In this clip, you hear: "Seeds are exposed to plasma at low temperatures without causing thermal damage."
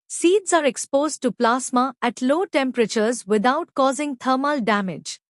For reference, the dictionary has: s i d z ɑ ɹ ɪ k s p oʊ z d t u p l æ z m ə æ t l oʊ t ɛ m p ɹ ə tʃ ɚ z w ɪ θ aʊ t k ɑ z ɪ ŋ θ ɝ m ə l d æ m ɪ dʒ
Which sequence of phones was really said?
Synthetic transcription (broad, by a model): s i d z ɑ ɹ ɪ k s p oʊ z d t u p l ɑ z m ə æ t l oʊ t ɛ m p ɹ ə tʃ ɚ z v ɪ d aʊ t k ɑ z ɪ ŋ t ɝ m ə l d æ m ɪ dʒ